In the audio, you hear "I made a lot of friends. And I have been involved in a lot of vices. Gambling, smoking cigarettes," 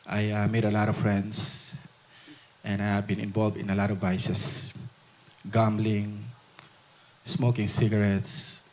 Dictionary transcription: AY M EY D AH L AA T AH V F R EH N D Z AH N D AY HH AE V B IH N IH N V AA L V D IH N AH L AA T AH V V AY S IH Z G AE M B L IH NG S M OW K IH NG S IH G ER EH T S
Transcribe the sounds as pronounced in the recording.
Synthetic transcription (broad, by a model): AY M EY D AH L AA T AH V F R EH N D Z AH N D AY HH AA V B IH N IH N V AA L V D IH N AH L AA T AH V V AY S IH S G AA M B L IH NG S M OW K IH NG S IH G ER EH T S